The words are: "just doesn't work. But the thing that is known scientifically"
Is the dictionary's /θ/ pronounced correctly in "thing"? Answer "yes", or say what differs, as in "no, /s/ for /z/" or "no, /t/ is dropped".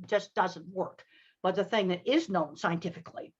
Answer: yes